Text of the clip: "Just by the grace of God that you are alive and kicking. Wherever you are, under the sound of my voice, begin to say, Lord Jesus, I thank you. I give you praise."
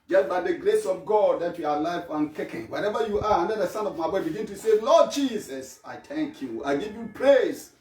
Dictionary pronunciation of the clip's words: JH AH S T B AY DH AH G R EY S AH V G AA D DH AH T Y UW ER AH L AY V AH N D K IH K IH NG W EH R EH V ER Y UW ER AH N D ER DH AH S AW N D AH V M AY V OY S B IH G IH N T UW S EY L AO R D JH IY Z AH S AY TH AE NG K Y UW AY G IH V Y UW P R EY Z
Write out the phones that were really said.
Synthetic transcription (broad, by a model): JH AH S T B AY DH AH G R EY S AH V G AA D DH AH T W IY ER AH L AY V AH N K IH K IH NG W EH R EH V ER Y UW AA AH N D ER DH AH S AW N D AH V M AY B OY B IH G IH N T UW S EY L AO D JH IY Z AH S AY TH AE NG K Y UW AY G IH V Y UW P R EY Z